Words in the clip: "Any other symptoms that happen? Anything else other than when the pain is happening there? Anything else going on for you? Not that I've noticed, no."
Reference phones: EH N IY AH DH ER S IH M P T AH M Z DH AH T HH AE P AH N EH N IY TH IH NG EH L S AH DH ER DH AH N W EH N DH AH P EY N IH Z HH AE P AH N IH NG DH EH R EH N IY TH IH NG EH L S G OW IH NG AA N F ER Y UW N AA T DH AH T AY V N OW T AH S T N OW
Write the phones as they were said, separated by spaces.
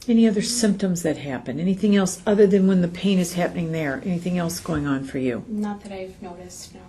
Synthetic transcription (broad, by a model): EH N IY AH DH ER S IH M P T AH M Z DH AH T HH AE P AH N EH N IY TH IH NG EH L S AH DH ER DH AH N W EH N DH AH P EY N IH Z HH AE P AH N IH NG DH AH R EH N IY TH IH NG EH L S G OW IH NG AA N F ER Y UW N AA T DH AH T AY V N OW T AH S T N